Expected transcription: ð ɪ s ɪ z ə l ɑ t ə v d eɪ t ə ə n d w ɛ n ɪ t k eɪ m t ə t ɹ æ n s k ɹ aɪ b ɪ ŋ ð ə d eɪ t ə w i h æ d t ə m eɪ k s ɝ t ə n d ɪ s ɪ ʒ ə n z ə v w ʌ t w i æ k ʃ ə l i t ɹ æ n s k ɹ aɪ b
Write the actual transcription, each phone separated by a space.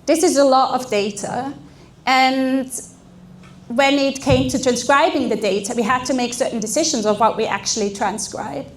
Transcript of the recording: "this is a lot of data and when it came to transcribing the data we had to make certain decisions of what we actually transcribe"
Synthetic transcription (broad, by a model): ð ɪ s ɪ z ə l ɑ t ə v d eɪ t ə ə n w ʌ n ɪ t k eɪ m t ə t ɹ æ n s k ɹ aɪ b ɪ ŋ ð ə d eɪ t ə w i h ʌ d t ə m eɪ k s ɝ t n d ɪ s ɪ ʒ ə n z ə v w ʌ t w i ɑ k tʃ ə l i t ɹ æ n s k ɹ aɪ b